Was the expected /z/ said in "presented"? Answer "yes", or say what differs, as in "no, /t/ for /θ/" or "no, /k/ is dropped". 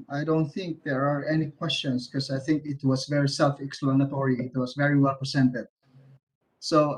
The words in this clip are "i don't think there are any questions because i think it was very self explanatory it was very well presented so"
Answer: no, /s/ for /z/